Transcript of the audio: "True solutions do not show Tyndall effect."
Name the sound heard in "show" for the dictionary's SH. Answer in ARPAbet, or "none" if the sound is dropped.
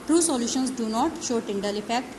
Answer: SH